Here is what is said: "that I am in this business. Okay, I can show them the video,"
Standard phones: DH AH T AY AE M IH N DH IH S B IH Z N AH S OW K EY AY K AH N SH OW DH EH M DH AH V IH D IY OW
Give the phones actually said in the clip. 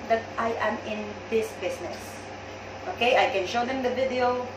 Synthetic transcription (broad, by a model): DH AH T AY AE M IH N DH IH S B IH S N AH S OW K EY AY K AH N SH OW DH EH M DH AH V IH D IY OW